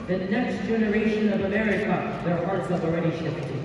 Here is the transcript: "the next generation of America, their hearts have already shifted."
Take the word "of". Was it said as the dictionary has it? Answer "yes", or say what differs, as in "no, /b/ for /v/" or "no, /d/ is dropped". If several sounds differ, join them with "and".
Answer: yes